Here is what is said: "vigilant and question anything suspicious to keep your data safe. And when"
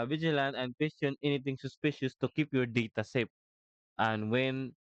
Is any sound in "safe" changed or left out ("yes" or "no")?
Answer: yes